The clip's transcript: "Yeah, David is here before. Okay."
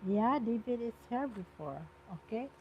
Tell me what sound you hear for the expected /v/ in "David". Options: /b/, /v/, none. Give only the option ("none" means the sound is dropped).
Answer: /b/